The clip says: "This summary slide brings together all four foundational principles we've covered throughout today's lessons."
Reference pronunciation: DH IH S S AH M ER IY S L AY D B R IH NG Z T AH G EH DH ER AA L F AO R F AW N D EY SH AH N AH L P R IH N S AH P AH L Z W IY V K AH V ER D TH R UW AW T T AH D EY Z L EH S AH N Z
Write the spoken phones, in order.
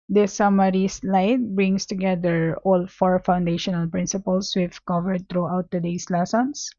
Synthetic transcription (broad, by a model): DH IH S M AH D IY S L AY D B R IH NG S T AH G EH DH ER AA L F AO R F AW N D EY SH AH N AH L P R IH N S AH P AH L S W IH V K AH V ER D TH R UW AW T T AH D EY S L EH S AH N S